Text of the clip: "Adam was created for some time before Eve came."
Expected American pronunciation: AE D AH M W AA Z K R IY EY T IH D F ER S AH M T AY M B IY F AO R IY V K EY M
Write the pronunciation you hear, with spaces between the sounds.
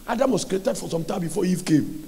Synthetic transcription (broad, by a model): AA D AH M W AA S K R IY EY T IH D F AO S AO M T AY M B IY F AO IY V K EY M